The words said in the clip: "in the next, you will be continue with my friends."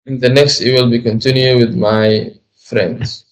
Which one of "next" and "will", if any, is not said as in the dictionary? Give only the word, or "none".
none